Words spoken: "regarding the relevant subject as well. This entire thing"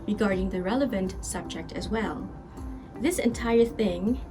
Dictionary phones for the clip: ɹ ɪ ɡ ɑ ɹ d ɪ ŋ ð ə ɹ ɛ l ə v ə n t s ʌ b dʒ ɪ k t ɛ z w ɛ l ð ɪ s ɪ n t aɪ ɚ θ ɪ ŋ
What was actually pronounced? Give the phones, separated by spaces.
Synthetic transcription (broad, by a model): ɹ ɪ ɡ ɑ ɹ d ɪ ŋ ð ə ɹ ɛ l ə v ə n t s ʌ b dʒ ɪ k t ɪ z w ɛ l ð ɪ s ɪ n t aɪ ɚ θ ɪ ŋ